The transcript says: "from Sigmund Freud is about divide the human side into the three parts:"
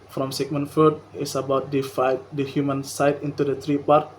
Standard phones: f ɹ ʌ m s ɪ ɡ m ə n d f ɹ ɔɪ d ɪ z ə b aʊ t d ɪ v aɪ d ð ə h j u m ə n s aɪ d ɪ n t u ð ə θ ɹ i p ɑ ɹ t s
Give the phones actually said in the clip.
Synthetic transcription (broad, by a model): f ɹ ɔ m s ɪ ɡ m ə n f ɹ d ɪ s ə b aʊ t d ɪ f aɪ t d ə h j u m ə n s aɪ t ɪ n t u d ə t ɹ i p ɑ ɹ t